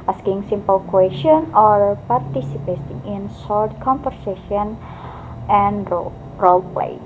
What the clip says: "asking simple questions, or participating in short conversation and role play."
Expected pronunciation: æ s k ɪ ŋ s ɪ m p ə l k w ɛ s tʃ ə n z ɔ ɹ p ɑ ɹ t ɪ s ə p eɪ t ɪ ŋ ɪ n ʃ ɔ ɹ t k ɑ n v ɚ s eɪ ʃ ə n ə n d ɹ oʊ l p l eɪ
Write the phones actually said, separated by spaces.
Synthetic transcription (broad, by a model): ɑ s k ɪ ŋ s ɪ m p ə l k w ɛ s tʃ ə n ɔ ɹ p ɑ ɹ t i s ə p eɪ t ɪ ŋ ɪ n s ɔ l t k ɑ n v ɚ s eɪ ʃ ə n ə n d ɹ oʊ l p l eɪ